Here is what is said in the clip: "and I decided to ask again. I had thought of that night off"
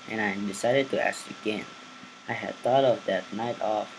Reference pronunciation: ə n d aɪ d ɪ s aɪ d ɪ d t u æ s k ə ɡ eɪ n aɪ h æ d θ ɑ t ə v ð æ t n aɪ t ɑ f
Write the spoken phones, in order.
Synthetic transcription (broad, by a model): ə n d aɪ d ɪ s aɪ d ɪ d t u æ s ə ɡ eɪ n aɪ h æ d t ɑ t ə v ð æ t n aɪ t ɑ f